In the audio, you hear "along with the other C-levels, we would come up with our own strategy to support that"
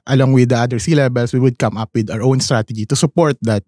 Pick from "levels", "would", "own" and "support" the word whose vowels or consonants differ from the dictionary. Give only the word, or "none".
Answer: levels